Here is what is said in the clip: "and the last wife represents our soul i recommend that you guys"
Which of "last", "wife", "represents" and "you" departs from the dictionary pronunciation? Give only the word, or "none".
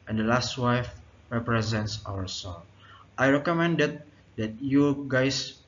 none